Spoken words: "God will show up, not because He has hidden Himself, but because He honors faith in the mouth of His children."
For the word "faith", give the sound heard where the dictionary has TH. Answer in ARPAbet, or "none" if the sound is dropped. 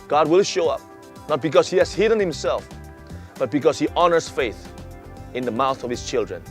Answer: TH